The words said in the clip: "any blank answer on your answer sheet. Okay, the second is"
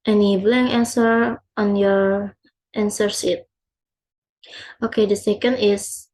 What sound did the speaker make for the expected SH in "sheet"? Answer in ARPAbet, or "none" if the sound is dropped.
S